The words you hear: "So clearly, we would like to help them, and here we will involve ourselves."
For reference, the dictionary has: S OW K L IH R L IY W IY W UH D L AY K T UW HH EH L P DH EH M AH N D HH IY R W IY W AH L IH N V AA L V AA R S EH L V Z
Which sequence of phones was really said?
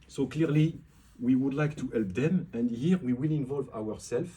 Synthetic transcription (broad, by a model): S OW K L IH R L IY W IY W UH D L AY K T UW HH EH L P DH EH M AH N D HH IY R W IY W AH L IH N V AA L V AA R S EH L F